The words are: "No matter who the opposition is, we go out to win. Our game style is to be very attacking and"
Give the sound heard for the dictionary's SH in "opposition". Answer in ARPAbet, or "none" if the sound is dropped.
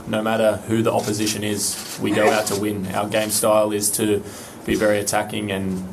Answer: SH